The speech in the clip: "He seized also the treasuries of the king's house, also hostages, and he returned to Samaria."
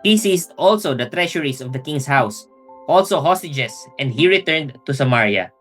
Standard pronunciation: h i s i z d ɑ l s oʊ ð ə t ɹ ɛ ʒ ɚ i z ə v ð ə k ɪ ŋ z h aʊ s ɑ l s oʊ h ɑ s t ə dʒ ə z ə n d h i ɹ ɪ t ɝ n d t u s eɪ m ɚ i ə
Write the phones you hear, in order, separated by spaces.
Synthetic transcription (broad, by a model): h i s i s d ɑ l s oʊ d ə t ɹ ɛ ʃ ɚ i s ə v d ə k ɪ ŋ s h aʊ s ɑ l s oʊ h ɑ s t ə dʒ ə s ə n d h i ɹ ɪ t ɝ n d t u s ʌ m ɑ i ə